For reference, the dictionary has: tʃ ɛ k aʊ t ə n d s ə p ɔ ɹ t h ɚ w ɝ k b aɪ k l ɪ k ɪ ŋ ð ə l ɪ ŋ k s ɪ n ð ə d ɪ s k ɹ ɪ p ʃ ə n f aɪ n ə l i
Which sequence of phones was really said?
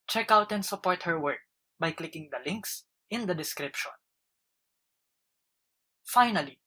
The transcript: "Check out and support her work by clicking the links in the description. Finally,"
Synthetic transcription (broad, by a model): tʃ ɛ k aʊ t ə n d s ə p ɔ ɹ t h ɚ w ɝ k b aɪ k l ɪ k ɪ ŋ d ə l ɪ ŋ k s ɪ n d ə d ɪ s k ɹ ɪ p ʃ ə n f aɪ n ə l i